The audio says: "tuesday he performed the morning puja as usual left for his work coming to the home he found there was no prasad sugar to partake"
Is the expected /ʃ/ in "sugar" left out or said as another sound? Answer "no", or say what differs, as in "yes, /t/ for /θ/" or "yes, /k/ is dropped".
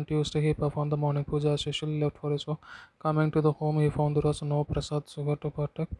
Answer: yes, /s/ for /ʃ/